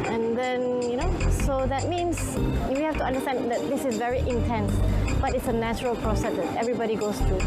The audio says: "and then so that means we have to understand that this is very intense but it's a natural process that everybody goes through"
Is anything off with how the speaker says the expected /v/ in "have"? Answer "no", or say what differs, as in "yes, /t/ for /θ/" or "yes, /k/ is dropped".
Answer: yes, /f/ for /v/